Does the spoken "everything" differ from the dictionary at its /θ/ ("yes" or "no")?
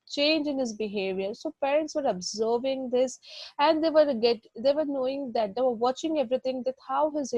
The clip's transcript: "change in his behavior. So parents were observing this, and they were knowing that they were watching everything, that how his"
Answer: yes